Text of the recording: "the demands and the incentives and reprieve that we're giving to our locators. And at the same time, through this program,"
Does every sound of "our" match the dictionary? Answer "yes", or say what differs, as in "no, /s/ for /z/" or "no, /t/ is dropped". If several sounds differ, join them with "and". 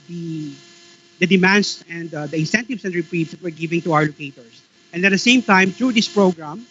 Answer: no, /w/ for /ɹ/